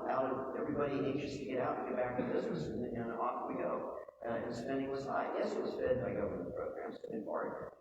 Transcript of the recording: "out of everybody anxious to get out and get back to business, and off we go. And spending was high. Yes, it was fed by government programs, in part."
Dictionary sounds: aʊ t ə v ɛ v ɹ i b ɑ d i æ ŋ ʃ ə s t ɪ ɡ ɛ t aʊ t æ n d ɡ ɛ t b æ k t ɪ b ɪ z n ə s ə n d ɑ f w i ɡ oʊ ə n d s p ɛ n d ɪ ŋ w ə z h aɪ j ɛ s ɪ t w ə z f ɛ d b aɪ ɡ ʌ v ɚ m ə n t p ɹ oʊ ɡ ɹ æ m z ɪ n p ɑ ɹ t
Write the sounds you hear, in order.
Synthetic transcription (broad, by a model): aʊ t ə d ɛ v ɹ i b ɑ d i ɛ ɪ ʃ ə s t ɪ ɡ ɛ t aʊ t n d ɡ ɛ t b æ k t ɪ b ɪ z n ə s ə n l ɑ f w i ɡ oʊ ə n s p ɛ n d ɪ ŋ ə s aɪ j ɛ s ɪ t w ə z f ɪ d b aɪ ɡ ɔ ʊ ə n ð p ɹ oʊ ɡ ɹ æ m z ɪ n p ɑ ɹ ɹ